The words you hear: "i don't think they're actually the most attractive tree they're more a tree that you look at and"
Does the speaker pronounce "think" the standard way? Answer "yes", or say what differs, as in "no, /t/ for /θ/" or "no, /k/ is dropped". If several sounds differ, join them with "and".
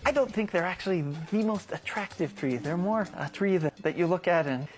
yes